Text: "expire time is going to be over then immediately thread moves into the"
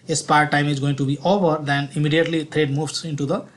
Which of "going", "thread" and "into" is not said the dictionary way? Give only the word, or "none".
thread